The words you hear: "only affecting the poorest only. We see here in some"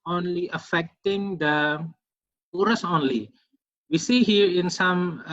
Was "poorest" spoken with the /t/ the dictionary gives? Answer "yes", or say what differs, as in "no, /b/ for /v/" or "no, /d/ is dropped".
no, /t/ is dropped